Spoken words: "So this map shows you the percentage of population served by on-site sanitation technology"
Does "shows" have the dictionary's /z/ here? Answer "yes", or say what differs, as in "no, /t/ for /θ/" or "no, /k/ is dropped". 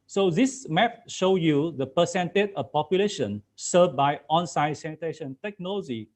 no, /z/ is dropped